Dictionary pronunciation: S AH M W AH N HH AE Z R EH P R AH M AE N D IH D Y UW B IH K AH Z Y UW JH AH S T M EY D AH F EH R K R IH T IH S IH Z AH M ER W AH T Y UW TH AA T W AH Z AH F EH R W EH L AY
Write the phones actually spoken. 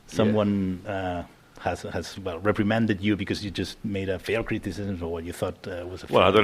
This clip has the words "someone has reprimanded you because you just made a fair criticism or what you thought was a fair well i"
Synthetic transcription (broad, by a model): S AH M W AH N HH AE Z R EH P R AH M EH N D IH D Y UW B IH K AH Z Y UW JH AH S T M EY D AH F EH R K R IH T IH S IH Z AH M ER W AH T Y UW TH AA T W AH Z AH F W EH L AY